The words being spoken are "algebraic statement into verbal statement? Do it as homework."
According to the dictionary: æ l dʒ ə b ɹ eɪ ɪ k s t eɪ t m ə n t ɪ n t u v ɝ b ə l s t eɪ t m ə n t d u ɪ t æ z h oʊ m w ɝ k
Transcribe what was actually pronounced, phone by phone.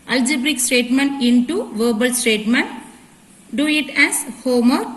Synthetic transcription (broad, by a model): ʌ l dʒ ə b ɹ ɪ k s t eɪ t m ə n t ɪ n t u v ɝ b ə l s t eɪ t m ə n t d u ɪ t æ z h oʊ m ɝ